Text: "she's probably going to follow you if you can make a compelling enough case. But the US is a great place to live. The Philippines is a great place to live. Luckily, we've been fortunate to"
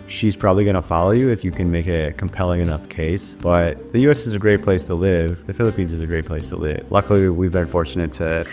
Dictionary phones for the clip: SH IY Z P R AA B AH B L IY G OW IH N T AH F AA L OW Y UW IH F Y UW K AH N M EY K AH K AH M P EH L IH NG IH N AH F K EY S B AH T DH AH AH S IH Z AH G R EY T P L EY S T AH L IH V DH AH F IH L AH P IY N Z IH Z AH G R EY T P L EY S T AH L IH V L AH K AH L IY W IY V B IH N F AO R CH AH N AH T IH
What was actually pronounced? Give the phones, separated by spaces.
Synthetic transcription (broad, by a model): SH IY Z P R AA B AH B L IY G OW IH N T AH F AA L OW Y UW IH F Y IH K AH N M EY K AH K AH M P EH L IH NG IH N AH F K EY S B AH T DH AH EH S IH Z AH G R EY T P L EY S T AH L IH V DH AH F IH L AH P IY N Z IH Z AH G R EY T P L EY S T AH L IH V L AH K L IY W IY V B IH N F AO R CH AH N AH T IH